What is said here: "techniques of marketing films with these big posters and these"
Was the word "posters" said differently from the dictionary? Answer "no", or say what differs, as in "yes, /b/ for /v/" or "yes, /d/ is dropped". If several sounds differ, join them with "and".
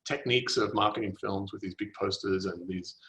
no